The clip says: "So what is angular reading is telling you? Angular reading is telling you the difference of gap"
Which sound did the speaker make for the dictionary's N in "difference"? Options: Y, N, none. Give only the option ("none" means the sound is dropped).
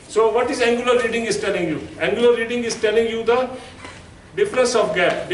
none